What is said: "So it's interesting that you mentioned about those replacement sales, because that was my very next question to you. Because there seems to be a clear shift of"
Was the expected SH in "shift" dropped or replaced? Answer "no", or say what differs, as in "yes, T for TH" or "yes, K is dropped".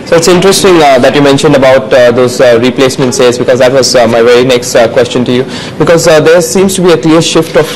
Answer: no